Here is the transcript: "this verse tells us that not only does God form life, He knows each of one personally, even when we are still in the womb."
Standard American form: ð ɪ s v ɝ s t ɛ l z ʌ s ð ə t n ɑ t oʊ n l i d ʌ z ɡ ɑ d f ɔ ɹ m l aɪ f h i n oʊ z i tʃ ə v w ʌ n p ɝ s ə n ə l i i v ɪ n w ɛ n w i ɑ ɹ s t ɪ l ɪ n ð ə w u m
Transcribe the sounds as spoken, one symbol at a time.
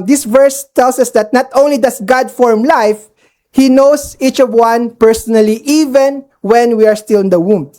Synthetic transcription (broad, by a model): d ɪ s v ɝ s t ɛ l s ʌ s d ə t n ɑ t oʊ n l i d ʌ s ɡ ɑ d f ɔ ɹ m l aɪ f h i n oʊ s i tʃ ə v w ʌ n p ɝ s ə n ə l i i v ɪ n w ɛ n w i ɑ ɹ s t ɪ l ɪ n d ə w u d